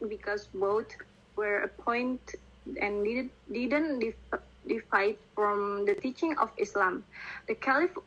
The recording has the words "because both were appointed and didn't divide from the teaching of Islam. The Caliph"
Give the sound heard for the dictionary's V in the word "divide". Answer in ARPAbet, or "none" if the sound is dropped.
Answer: F